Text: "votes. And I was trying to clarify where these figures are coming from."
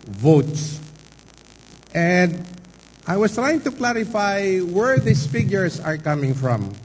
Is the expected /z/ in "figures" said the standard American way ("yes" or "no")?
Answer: no